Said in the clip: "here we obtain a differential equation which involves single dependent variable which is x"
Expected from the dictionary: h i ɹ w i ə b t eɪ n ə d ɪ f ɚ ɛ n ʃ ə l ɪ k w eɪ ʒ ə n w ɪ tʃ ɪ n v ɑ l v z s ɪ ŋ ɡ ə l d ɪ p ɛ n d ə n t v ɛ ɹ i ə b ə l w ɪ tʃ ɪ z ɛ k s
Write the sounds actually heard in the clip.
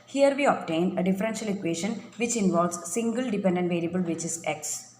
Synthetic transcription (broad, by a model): h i ɹ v i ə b t eɪ n ə d ɪ f ɚ ɛ n ʃ ə l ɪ k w eɪ ʃ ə n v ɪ tʃ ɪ n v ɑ l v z s ɪ ŋ ɡ ə l d ɪ p ɛ n d ə n t v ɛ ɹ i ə b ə l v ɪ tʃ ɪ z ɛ k s